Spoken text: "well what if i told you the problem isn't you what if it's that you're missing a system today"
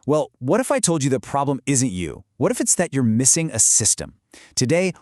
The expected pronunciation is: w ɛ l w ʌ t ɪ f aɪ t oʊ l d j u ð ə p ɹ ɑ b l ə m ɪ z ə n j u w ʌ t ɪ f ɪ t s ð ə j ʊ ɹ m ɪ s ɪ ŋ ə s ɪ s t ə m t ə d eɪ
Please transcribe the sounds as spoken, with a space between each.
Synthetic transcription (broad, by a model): w ɛ l w ʌ t ɪ f aɪ t oʊ l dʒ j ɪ ð ə p ɹ ɑ b l ə m ɪ z ə n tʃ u w ʌ t ɪ f ɪ t s ð ə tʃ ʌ ɹ m ɪ s ɪ ŋ ə s ɪ s t ə m t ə d eɪ